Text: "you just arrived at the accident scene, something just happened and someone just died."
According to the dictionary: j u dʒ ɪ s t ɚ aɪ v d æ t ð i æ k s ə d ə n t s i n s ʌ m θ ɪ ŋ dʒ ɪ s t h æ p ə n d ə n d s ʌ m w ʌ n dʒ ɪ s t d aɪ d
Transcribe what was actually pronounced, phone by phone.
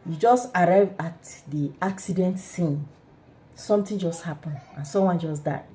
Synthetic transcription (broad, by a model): j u dʒ ɪ s t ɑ aɪ v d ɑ t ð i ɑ k s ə d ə n t s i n s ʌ m t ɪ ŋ dʒ ɪ s t h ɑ p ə n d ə n s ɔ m w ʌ n dʒ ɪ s d aɪ